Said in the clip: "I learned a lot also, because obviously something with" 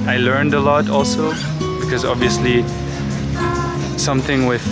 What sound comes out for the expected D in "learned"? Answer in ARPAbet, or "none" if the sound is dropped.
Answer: D